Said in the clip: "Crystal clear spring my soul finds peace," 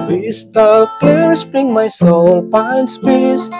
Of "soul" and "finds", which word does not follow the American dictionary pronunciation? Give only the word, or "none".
finds